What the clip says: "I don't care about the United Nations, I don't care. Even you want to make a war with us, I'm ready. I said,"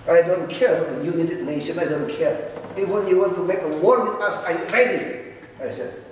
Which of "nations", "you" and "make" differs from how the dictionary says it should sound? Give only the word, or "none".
nations